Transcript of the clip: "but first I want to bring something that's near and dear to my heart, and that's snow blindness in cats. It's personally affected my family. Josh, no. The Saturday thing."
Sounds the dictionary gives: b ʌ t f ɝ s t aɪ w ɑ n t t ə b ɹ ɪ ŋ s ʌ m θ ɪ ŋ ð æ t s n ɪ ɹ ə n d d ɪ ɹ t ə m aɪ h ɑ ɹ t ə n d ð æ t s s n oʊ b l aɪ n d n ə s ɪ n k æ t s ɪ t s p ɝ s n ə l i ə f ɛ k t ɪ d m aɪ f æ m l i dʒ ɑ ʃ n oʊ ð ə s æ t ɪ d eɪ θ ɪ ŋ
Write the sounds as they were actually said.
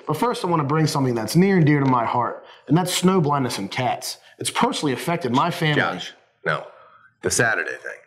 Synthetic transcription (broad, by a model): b ʌ t f ɝ s t aɪ w ɑ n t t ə b ɹ ɪ ŋ s ʌ m θ ɪ ŋ ð æ t s n ɪ ɹ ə n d d ɪ ɹ t ə m aɪ h ɑ ɹ t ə n ð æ t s s n oʊ b l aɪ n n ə s ɪ n k æ t s ɪ t s p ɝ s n l i ə f ɛ k t ɪ d m aɪ f æ m l i n oʊ ð ə s æ t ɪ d eɪ θ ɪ ŋ